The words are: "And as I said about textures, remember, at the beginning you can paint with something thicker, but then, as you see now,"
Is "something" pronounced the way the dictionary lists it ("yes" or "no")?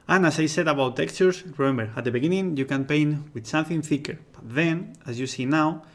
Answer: yes